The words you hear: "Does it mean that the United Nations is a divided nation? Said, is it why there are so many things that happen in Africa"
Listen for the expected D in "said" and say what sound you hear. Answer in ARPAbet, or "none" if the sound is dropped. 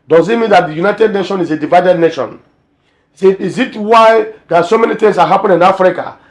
none